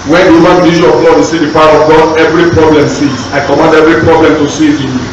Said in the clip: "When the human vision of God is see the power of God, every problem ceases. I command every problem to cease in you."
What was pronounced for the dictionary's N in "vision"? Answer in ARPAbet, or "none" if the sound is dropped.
none